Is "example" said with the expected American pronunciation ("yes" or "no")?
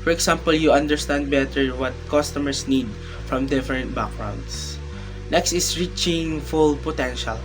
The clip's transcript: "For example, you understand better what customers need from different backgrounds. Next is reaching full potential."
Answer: no